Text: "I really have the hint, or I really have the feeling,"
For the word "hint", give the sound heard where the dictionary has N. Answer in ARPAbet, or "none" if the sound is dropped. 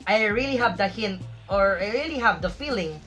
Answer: N